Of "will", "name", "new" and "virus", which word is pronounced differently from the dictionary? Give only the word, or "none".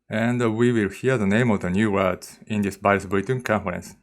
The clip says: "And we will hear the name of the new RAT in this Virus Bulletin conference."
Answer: virus